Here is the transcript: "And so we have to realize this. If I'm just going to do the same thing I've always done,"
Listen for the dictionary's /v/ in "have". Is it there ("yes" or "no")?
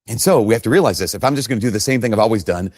no